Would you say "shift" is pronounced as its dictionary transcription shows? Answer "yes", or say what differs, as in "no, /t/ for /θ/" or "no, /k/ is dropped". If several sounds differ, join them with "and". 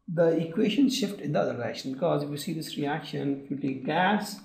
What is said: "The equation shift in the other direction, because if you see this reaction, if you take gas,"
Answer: yes